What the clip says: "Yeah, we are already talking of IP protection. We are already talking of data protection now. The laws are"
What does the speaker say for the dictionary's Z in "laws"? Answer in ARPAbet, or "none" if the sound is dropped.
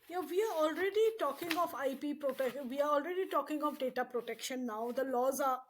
Z